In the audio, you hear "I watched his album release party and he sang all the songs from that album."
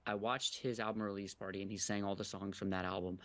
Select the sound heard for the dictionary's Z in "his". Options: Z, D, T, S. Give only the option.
Z